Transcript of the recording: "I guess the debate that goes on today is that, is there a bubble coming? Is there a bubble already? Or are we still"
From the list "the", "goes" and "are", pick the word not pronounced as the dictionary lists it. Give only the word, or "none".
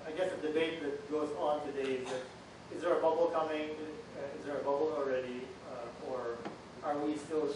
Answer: none